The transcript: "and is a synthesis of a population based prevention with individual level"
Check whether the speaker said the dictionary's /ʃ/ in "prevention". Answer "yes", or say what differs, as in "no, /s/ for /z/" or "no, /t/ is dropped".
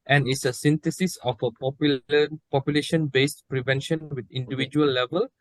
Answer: yes